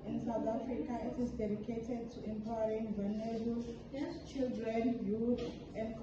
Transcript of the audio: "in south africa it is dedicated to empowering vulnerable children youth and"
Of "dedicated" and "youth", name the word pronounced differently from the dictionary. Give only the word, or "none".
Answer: youth